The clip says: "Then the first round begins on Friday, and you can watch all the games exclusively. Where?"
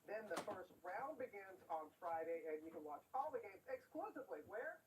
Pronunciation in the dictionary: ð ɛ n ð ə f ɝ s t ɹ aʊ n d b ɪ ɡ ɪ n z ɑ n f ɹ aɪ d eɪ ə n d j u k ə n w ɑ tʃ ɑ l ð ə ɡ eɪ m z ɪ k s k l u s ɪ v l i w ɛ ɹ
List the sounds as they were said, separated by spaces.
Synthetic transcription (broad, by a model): ð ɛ n ð ə f ɝ s t ɹ aʊ n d b ɪ ɡ ɪ n z n f ɹ aɪ d eɪ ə n j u k ə n w ɑ tʃ ɑ l ð ə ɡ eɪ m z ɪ k s k l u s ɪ v l i w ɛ ɹ